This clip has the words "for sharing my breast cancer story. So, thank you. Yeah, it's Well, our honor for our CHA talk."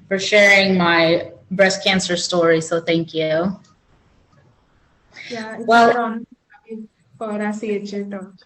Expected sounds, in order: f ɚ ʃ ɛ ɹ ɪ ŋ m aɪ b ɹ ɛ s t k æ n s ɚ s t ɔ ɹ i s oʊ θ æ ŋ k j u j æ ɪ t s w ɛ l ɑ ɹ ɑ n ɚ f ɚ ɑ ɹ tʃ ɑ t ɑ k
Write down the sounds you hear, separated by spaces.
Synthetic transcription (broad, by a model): f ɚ ʃ ɛ ɹ ɪ ŋ m aɪ b ɹ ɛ s k æ n s ɚ s t ɔ ɹ i s oʊ θ æ ŋ k j u j æ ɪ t w ɛ l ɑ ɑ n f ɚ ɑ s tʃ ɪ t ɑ